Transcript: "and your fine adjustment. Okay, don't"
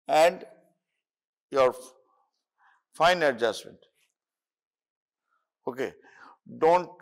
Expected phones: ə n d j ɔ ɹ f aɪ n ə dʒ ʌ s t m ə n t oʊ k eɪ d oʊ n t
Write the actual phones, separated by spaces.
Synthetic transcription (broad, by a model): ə n d j ɔ ɹ f aɪ n ə dʒ ʌ s t m ə n t oʊ k eɪ d oʊ n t